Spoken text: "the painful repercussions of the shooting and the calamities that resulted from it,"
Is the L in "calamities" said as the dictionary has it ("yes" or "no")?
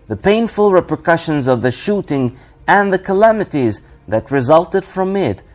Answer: yes